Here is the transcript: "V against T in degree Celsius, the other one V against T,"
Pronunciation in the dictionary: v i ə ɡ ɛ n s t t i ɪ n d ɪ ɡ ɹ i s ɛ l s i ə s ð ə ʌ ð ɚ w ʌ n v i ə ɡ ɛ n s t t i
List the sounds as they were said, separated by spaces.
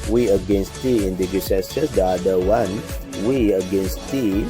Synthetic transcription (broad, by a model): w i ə ɡ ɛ n s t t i ɪ n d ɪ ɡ i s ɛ s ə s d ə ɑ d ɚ w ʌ n w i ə ɡ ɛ n s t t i